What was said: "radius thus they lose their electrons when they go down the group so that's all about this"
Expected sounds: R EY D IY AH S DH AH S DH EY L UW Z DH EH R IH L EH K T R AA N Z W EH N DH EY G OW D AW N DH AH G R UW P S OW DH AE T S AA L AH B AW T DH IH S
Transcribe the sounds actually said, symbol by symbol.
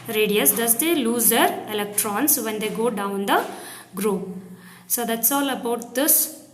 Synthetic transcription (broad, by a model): R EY D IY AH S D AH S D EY L UW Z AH R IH L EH K T R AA N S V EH N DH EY G OW D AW N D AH G R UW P S OW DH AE T S AA L AH B AW T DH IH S